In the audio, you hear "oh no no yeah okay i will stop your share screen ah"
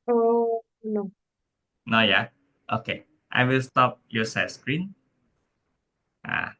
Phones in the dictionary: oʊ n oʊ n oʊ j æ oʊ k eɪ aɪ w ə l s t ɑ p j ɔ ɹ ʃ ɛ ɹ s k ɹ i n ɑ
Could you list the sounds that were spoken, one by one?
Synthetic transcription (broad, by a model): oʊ n oʊ n oʊ j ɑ oʊ k eɪ aɪ w ə l s t ɑ p j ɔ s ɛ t s k ɹ i n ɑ